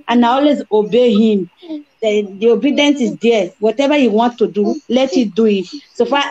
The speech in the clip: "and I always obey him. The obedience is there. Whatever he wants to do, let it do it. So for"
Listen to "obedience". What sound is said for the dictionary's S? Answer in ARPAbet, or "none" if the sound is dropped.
S